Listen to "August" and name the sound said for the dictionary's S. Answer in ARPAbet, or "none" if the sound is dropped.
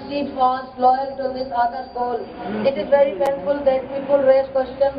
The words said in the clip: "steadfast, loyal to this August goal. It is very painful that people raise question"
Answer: none